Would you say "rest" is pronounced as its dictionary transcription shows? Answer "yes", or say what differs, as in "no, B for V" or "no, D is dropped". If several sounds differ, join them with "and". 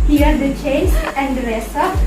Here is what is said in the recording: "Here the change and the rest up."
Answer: no, T is dropped